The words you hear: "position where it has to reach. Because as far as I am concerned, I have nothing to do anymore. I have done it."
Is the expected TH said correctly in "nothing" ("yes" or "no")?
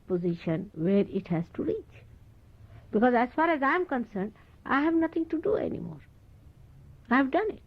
no